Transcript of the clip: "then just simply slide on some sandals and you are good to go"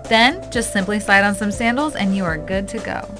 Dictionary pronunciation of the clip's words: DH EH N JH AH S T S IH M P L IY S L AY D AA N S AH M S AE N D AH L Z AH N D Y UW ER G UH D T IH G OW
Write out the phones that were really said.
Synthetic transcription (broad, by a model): DH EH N JH AH S T S IH M P L IY S AY D N S AH M S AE N D L Z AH N Y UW ER G UH D T IH G OW